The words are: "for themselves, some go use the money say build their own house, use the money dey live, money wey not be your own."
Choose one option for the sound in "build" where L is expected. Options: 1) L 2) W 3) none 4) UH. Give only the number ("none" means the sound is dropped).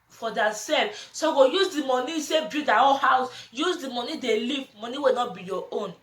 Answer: 3